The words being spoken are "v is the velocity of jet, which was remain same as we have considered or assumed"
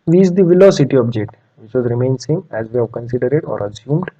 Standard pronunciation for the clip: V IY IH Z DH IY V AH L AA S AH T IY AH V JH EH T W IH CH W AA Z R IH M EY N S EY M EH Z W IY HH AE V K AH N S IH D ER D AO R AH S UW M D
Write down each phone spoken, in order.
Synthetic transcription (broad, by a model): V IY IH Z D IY V AH L AA S AH T IY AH B JH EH T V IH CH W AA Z R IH M EY N S EY M EH Z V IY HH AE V K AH N S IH D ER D AO R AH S UW M D